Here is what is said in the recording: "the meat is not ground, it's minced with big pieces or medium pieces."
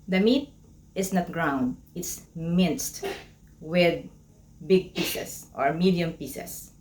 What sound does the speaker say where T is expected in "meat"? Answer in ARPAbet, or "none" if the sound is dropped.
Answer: T